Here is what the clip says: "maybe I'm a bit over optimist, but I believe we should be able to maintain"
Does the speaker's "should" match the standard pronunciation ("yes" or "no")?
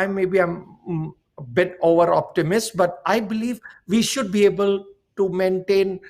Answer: yes